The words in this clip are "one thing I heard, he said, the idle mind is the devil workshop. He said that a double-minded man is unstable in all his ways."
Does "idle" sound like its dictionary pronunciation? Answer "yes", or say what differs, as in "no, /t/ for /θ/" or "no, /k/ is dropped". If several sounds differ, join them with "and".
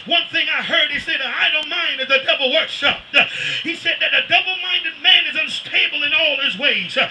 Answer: no, /n/ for /l/